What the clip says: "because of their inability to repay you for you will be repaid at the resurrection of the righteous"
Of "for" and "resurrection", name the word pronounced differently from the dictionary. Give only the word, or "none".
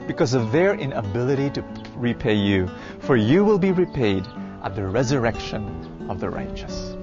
none